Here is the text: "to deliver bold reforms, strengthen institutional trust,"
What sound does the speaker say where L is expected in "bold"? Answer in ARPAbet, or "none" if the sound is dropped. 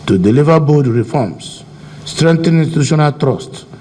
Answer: none